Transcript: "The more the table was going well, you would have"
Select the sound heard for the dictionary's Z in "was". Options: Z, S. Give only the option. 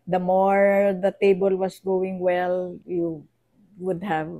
S